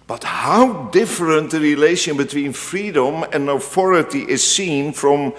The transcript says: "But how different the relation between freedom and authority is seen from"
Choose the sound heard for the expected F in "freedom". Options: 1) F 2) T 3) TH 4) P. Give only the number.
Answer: 1